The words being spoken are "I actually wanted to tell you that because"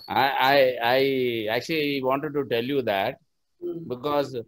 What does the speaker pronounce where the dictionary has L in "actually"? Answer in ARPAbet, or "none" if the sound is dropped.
L